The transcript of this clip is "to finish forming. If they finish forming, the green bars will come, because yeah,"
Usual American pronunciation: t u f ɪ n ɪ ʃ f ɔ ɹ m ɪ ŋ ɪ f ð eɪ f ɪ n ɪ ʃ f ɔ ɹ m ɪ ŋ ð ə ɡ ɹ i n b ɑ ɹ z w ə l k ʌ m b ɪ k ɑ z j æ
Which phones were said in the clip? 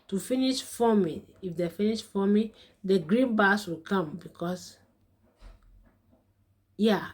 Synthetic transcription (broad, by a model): t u f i n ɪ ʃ f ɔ m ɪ ɪ f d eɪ f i n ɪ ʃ f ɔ m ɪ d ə ɡ ɹ i n b ɑ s w ə l k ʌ m b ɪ k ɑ s j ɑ